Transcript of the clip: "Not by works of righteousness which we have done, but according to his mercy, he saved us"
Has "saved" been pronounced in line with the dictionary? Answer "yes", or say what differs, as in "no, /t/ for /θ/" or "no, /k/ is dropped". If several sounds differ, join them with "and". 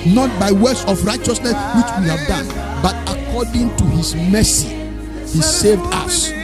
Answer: yes